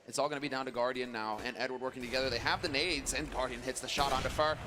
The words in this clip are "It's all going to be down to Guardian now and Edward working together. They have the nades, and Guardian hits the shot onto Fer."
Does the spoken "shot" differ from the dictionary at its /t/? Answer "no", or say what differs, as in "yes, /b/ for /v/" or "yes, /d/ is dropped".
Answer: no